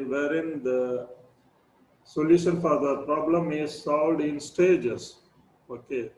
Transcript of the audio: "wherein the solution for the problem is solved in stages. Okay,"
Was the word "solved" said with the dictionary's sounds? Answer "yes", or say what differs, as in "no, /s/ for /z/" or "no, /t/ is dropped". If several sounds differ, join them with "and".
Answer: yes